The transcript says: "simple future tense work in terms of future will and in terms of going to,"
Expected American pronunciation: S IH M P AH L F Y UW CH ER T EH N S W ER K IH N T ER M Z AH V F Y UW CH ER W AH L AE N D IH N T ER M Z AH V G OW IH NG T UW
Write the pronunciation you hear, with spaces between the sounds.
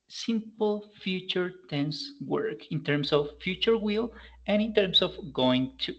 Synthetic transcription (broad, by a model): S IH M P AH L F Y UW CH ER T EH N S W ER K IH N T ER M S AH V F Y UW CH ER W AH L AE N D IH N T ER M S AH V G OW IH NG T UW